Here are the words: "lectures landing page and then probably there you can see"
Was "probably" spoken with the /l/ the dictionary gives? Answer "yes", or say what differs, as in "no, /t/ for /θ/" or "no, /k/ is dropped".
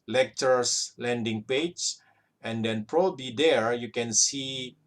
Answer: no, /l/ is dropped